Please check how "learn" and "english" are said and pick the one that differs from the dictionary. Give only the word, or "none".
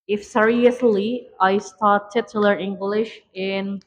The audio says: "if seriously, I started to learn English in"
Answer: learn